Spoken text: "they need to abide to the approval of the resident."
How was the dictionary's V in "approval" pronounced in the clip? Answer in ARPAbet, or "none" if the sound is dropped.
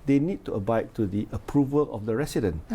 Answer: V